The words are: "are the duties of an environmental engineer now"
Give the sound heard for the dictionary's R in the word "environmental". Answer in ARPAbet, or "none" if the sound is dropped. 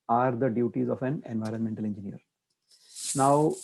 R